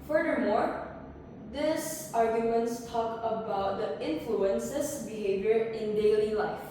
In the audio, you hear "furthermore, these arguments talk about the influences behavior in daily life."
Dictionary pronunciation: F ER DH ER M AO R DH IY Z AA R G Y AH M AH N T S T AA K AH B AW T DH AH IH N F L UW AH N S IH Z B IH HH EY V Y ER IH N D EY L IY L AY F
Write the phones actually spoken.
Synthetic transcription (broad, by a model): F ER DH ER M AO R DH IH S AA R G Y AH M AH N T S T AA K AH B AW T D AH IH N F L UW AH N S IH S B IH HH EY V Y ER IH N D EY L IY L AY F